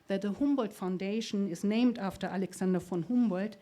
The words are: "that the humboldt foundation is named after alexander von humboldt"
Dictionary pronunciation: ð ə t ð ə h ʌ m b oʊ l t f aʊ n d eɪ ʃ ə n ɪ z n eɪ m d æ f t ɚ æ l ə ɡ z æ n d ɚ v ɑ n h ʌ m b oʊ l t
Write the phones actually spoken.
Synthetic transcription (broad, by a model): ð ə t ð ə h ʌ m b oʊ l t f aʊ n d eɪ ʃ ə n ɪ z n eɪ m d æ f t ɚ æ l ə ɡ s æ n d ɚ f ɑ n h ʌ m b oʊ l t